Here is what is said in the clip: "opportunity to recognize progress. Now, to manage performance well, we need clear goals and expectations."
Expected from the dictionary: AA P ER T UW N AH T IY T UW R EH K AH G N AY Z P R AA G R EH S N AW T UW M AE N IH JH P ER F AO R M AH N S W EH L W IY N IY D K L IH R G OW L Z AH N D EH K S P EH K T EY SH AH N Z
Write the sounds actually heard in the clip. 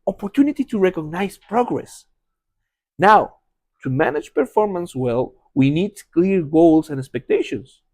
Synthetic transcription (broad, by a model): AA P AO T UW N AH T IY T UW R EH K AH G N AY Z P R AA G R EH S N AW T UW M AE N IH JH P ER F AO R M AH N S W EH L W IY N IY D K L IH R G OW L S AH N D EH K S P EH K T EY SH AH N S